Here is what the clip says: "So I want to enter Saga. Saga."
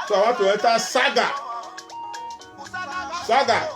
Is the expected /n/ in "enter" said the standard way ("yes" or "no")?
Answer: no